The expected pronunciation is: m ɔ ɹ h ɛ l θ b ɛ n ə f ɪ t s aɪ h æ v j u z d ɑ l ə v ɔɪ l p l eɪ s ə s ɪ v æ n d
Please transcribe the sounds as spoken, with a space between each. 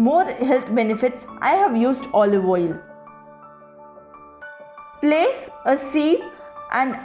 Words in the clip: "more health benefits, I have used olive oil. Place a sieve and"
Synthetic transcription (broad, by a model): m ɔ ɹ h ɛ l t b ɛ n ə f ɪ t s aɪ h æ v j u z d ɑ l ə v ɔɪ l p l eɪ s ə s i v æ n d